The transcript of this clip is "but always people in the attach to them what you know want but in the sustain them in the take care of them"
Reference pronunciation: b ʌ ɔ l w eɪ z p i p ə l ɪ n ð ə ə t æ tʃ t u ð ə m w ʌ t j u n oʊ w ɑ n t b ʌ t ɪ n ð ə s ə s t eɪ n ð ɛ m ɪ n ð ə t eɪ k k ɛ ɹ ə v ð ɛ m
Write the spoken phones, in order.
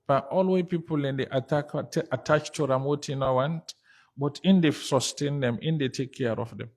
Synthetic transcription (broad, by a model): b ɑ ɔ l w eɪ p i p ə l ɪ n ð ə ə t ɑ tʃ t u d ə m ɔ t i n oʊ w ɑ n t b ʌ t ɪ n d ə s ə s t eɪ n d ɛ m ɪ n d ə t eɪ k k ɛ ɹ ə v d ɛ m